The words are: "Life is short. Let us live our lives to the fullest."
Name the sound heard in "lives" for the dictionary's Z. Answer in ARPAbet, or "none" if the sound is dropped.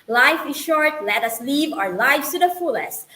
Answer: none